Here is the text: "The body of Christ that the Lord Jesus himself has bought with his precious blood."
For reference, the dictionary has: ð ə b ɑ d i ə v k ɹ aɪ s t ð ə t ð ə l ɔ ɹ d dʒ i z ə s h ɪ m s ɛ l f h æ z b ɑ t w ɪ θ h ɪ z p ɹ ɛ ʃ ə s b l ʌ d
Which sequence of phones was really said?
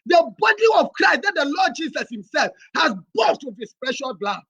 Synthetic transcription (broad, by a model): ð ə b ɑ d i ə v k ɹ aɪ s t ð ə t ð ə l ɔ d dʒ i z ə s h ɪ m s ɛ l f h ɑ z b ɑ t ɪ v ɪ s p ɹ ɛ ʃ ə b l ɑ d